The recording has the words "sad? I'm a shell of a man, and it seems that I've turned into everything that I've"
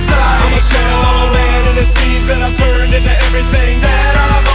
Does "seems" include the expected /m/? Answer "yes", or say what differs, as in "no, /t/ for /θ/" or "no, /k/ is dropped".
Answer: no, /m/ is dropped